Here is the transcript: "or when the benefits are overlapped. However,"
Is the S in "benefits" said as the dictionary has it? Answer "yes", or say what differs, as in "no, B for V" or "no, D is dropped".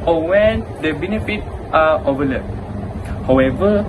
no, S is dropped